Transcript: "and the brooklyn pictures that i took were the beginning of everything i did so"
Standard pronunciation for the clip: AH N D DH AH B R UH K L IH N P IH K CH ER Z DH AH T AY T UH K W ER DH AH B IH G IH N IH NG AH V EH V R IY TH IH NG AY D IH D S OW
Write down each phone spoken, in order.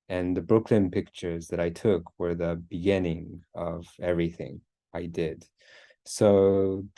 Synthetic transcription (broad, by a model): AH N DH AH B R UH K L IH N P IH K CH ER Z DH AH T AY T UH K W ER DH AH B IH G IH N IH NG AH V EH V R IY TH IH NG AY D IH D S OW